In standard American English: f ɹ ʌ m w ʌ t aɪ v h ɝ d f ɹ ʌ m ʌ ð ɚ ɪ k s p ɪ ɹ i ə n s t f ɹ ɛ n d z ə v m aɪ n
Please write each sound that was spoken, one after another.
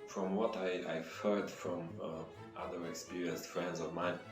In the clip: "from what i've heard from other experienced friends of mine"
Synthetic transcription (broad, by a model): f ɹ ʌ m w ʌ t aɪ v h ɝ d f ɹ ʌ m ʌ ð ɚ ɪ k s p ɪ ɹ i ə n s t f ɹ ɛ n d z ə v m aɪ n